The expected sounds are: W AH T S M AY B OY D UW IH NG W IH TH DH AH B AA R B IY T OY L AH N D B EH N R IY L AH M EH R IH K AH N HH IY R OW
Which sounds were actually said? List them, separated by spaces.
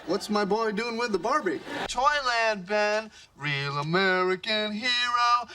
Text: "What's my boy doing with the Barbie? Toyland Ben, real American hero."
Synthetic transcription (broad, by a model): W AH T S M AY B OY D UW IH NG W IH DH AH B AA R B IY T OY L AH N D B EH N R IY L AH M EH R IH K AH N HH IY R OW